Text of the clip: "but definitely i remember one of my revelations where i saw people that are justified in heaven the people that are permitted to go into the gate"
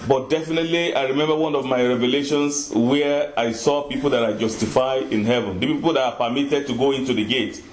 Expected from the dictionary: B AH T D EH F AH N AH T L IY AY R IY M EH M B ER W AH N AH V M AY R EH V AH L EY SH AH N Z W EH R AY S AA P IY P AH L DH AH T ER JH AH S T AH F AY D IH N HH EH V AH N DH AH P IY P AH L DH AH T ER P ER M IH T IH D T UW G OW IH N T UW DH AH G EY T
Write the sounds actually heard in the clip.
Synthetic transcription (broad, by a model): B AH T D EH F AH N AH T L IY AY R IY M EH M B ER W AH N AH V M AY R EH V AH L EY SH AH N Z W EH R AY S AA P IY P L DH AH T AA JH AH S T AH F AY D IH N HH EH V AH N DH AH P IY P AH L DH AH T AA P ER M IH T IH D T UW G OW IH N T UW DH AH G EY T